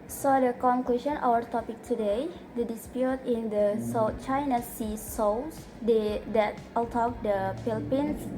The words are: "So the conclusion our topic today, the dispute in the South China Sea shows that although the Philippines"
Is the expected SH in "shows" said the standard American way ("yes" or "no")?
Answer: no